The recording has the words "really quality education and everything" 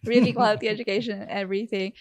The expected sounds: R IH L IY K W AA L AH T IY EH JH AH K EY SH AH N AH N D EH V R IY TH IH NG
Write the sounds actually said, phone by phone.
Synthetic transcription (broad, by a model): R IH L IY K W AA L AH T IY EH JH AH K EY AH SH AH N EH V R IY TH IH NG